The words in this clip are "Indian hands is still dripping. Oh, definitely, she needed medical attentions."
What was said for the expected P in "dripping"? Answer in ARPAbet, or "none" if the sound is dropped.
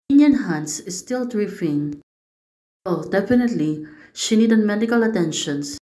F